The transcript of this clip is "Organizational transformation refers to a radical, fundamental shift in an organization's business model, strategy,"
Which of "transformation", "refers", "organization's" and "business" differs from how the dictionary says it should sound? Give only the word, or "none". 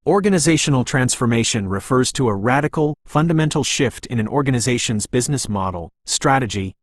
none